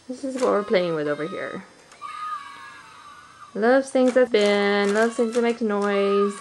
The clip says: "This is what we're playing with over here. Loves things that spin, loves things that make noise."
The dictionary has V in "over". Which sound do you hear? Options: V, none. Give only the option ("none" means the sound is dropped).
V